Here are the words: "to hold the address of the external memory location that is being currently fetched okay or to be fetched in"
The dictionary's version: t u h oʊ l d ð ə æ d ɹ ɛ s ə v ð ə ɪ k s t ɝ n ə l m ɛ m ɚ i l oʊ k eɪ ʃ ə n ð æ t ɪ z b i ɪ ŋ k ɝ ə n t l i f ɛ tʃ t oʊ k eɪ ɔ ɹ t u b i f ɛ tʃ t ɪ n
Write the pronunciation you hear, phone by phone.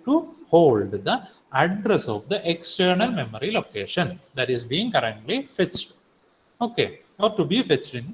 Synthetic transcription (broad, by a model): t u h oʊ l d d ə æ d ɹ ɛ s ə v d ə ɪ k s t ɝ n ə l m ɛ m ɚ i l oʊ k eɪ ʃ ə n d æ t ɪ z b i ɪ ŋ k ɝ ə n t l i f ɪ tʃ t oʊ k eɪ ɔ ɹ t u b i f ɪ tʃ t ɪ n